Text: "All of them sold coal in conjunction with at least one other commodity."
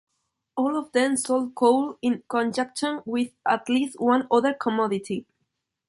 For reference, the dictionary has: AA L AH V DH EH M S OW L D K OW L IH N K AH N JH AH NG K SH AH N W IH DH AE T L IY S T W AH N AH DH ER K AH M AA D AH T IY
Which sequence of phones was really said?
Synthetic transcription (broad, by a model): AA L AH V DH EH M S OW L D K OW L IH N K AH N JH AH K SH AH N W IH DH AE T L IY S T W AH N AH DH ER K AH M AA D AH T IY